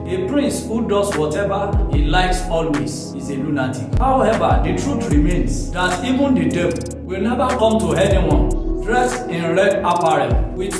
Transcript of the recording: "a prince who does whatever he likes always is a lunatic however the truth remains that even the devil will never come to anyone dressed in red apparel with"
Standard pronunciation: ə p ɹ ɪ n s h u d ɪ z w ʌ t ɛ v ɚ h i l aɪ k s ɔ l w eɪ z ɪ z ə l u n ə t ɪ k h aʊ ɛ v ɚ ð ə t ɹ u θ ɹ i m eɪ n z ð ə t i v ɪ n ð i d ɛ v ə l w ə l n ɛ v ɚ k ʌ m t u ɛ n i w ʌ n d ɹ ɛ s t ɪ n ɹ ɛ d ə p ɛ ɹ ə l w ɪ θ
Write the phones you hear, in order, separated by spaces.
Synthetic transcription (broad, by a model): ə p ɹ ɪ n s h u d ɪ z w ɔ t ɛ v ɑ h i l aɪ k s ɔ l w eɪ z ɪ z ə l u n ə t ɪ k h aʊ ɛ v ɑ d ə t ɹ u t ɹ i m eɪ n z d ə t i v ɪ n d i d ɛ b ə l w ə l n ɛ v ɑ k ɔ m t u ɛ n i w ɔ n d ɹ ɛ s ɪ n ɹ ɛ d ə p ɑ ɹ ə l w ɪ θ